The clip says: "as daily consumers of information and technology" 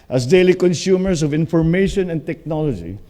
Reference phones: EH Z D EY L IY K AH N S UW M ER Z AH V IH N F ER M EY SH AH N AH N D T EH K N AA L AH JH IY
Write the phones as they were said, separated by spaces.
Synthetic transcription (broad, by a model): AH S D EY L IY K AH N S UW M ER S AH V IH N F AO M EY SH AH N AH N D T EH K N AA L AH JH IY